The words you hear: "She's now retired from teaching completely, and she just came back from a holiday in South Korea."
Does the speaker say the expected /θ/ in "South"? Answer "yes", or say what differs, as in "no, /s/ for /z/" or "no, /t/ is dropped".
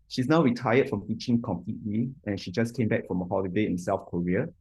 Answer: no, /f/ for /θ/